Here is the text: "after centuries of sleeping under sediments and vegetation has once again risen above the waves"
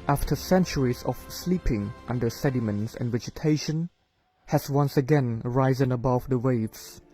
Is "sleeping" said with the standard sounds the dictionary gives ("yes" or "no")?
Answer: yes